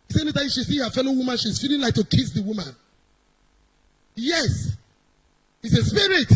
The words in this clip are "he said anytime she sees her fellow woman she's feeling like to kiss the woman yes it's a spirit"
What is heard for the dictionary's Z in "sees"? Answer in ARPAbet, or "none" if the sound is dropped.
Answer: none